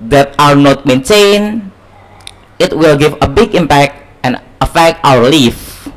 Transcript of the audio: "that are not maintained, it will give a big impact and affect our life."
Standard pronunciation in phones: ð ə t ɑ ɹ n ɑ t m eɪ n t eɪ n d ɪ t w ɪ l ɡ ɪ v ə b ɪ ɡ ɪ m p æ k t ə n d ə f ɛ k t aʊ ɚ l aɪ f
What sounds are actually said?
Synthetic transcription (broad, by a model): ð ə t ɑ ɹ n ɑ t m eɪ n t eɪ n ɪ t w ɪ l ɡ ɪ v ə b ɪ ɡ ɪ m p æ k t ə n ə f ɛ k t aʊ ɚ l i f